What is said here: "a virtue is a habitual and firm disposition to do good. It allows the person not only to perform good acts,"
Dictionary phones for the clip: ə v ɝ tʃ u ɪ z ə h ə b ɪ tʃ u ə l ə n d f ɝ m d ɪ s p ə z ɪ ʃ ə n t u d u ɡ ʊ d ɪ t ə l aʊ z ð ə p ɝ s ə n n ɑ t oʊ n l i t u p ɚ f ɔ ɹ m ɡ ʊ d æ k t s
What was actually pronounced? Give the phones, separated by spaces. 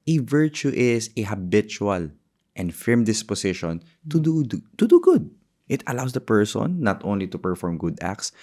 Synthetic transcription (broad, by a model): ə v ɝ tʃ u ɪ s ə h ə b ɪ tʃ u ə l ə n d f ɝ m d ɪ s p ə s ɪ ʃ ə n t u d u ɡ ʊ d ɪ t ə l aʊ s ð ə p ɝ s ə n n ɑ t oʊ n l i t u p ɚ f ɔ ɹ m ɡ ʊ d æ k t s